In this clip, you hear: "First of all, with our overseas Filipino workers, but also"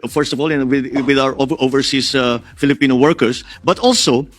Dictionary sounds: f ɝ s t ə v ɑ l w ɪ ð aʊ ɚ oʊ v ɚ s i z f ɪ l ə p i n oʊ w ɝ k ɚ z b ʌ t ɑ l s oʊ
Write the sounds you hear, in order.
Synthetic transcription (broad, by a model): f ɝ s t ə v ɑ l w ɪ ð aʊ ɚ oʊ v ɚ s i s f ɪ l ə p i n oʊ w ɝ k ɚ s b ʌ t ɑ l s oʊ